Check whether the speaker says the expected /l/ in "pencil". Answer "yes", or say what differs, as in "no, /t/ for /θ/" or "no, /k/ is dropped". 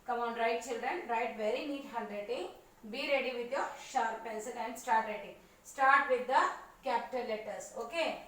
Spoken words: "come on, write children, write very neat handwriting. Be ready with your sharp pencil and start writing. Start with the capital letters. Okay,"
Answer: no, /n/ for /l/